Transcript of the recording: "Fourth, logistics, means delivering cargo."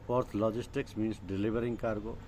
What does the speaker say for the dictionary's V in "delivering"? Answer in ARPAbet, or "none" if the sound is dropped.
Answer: B